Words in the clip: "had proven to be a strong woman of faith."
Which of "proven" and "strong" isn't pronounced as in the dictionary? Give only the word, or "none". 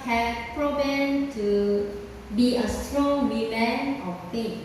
proven